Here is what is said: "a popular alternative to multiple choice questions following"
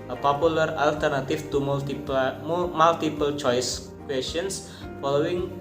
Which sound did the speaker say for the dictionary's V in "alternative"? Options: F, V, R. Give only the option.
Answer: F